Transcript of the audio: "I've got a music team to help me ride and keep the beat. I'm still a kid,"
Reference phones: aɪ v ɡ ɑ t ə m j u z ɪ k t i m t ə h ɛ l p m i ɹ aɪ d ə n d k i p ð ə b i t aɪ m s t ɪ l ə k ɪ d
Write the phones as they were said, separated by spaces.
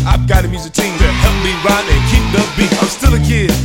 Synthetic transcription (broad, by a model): aɪ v ɡ ɑ t ə m j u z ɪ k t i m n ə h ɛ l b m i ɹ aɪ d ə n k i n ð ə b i aɪ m s t ɪ l ə k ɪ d